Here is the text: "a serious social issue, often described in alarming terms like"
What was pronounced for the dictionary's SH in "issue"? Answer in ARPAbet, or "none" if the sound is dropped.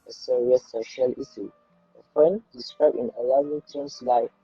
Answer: S